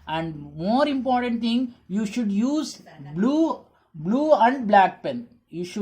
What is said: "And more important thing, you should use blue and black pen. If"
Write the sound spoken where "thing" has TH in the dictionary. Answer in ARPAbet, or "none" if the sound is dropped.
T